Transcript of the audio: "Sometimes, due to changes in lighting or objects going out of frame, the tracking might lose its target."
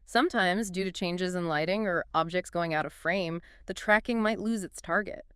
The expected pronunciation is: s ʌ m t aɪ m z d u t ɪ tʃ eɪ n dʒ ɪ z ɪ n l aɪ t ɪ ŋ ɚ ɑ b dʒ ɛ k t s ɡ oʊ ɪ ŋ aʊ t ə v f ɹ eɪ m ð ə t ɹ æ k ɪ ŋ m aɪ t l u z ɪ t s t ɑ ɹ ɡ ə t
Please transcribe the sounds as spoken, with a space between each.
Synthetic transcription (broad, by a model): s ʌ m t aɪ m z d u t ɪ tʃ eɪ n dʒ ɪ z ɪ n l aɪ t ɪ ŋ ɚ ɑ b dʒ ɛ k t s ɡ oʊ ɪ ŋ aʊ t ə v f ɹ eɪ m ð ə t ɹ æ k ɪ ŋ m aɪ t l u z ɪ t s t ɑ ɹ ɡ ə t